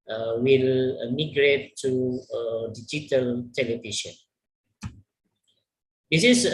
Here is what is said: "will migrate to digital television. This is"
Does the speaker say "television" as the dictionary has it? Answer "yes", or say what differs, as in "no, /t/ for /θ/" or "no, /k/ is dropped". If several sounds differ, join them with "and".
no, /ʃ/ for /ʒ/